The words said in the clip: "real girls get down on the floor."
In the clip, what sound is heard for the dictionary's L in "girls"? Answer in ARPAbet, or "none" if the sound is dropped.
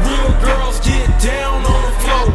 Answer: L